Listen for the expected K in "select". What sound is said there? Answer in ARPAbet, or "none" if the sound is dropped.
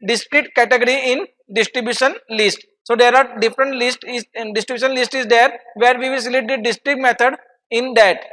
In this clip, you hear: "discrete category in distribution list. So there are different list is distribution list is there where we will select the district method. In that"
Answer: none